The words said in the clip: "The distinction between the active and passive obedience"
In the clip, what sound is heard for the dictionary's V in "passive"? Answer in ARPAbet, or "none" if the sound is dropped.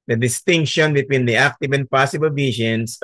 B